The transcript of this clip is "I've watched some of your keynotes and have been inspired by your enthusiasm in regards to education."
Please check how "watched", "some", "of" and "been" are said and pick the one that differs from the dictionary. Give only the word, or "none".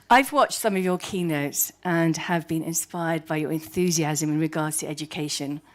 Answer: none